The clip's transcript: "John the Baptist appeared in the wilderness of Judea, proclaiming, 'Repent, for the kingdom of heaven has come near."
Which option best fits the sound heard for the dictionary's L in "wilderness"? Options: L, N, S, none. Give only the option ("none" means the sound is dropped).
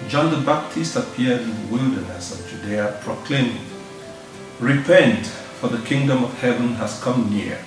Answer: L